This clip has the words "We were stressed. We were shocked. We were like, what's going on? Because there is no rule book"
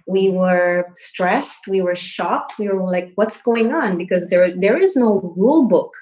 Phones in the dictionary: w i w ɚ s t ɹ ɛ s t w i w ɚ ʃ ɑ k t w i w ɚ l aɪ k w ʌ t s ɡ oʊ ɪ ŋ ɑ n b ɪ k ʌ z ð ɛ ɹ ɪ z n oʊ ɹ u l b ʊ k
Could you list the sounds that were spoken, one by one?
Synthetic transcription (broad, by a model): w i w ɚ s t ɹ ɛ s t w i w ɚ ʃ ɑ k t w i w ɚ l aɪ k w ʌ t s ɡ oʊ ɪ ŋ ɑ n b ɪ k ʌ z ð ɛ ɹ ɪ z n oʊ ɹ u l b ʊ k